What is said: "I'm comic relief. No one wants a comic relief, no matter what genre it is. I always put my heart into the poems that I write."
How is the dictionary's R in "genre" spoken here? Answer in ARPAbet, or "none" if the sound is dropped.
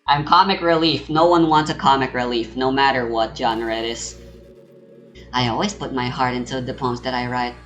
R